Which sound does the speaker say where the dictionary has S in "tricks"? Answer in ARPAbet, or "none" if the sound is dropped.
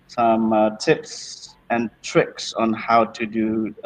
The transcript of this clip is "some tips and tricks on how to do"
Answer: S